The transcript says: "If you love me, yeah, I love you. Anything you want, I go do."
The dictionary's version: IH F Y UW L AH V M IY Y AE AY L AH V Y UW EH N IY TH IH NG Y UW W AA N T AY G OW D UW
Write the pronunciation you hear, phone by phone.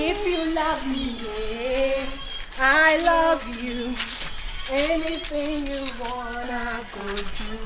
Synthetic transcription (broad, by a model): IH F Y UW L AH V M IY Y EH AY L AH V Y UW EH N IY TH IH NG Y UW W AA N AY G OW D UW